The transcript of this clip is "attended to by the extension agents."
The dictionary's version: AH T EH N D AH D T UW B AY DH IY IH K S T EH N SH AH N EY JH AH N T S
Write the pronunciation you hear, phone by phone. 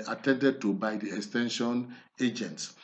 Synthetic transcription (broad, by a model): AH T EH N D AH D T UW B AY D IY IH K S T EH N SH AH N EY JH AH N T S